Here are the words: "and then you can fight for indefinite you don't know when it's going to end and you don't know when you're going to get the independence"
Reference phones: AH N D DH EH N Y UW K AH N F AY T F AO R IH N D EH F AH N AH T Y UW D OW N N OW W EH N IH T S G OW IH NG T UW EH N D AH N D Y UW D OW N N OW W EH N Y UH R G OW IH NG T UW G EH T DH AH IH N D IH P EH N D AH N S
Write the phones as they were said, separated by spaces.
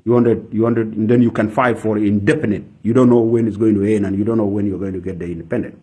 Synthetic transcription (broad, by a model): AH N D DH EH N Y UW K AH N F AY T F AO R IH N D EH P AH N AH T Y UW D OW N N OW W EH N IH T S G OW IH NG T UW EH N D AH N Y UW D OW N N OW W EH N Y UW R G OW IH NG T UW G EH T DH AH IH N D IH P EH N D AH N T